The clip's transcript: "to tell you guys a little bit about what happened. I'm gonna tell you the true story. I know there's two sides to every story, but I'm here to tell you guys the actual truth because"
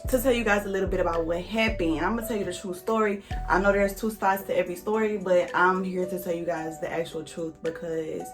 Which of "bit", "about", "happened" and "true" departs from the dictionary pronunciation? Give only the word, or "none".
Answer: happened